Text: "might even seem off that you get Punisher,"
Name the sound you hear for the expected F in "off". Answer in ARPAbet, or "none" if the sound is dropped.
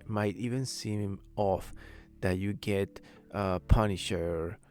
F